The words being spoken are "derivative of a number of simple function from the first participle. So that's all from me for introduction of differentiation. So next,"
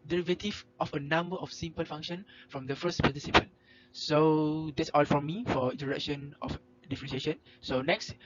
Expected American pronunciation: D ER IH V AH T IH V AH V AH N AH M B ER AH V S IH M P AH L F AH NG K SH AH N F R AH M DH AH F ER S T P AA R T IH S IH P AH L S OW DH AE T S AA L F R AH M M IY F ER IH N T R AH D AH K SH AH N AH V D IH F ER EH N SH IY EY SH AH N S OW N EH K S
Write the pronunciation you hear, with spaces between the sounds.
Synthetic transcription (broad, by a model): D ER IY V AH T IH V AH F AH N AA M B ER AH F S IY M P AH L F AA NG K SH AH N F R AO M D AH F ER S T P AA T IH S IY P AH N S OW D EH T S AA L F R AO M M IY F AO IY N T AH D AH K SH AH N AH F D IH F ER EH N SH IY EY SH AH N S OW N EH K S